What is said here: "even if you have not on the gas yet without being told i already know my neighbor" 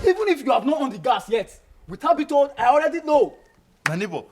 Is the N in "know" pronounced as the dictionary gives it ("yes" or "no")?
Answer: no